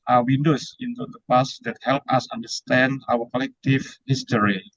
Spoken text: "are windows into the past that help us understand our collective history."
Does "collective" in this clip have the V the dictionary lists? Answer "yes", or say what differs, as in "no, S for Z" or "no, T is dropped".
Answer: no, F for V